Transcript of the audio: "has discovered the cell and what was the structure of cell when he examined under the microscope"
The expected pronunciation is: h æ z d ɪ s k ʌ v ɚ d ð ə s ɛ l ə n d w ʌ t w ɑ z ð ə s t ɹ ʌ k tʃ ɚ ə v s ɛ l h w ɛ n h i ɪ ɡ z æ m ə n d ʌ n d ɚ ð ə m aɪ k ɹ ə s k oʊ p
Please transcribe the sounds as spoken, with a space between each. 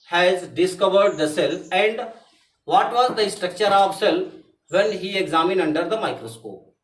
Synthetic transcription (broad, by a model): h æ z d ɪ s k ʌ v ɚ d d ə s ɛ l ə n d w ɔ t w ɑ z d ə s t ɹ ʌ k tʃ ɚ ə v s ɛ l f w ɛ n h i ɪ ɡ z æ m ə n ʌ n d ɚ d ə m aɪ k ɹ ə s k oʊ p